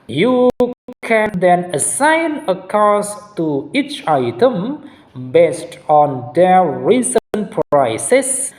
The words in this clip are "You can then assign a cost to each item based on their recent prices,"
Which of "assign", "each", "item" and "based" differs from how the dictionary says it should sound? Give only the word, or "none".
none